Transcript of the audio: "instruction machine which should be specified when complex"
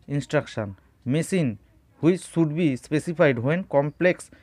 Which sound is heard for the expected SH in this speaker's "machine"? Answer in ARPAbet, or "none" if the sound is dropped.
S